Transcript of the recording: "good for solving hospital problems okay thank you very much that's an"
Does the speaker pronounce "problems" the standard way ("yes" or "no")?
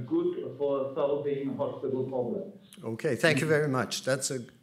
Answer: no